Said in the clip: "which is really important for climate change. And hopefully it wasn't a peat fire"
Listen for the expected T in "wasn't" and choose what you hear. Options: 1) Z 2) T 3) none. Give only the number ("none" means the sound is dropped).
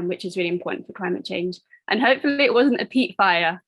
2